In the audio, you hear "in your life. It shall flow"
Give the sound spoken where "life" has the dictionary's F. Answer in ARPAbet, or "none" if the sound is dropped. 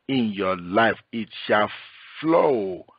F